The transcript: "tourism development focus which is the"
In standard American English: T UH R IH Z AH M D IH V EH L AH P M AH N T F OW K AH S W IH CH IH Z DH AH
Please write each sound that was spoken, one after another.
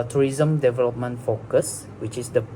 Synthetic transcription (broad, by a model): T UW R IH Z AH M D IH V EH L AH P M AH N T F OW K AH S W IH CH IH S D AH